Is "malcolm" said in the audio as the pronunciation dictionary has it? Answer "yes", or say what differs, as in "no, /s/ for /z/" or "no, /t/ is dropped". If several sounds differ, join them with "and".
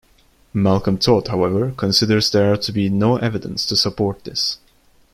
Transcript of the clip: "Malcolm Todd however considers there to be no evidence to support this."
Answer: yes